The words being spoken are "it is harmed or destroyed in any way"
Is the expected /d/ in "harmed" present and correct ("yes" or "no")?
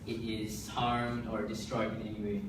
yes